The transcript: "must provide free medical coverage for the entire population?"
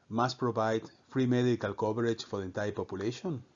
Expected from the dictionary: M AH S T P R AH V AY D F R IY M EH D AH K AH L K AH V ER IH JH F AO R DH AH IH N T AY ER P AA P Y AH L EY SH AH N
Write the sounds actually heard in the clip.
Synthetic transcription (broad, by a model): M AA S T P R AH V AY D F R IY M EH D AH K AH L K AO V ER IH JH F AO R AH N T AY P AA P Y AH L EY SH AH N